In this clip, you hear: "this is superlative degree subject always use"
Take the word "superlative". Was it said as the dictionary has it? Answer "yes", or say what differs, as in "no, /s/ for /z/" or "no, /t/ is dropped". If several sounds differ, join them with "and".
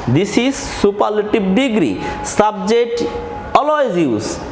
no, /b/ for /v/